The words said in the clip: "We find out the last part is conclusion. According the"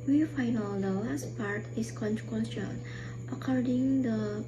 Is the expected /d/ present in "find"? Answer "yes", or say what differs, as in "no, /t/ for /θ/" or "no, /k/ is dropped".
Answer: no, /d/ is dropped